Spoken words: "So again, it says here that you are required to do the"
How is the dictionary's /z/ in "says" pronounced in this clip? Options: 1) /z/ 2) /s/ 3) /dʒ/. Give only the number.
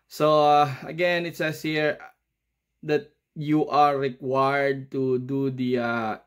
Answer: 2